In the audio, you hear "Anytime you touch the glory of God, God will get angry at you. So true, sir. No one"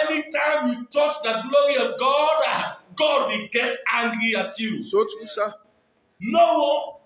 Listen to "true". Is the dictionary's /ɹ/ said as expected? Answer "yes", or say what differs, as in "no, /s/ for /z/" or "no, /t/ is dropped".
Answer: no, /ɹ/ is dropped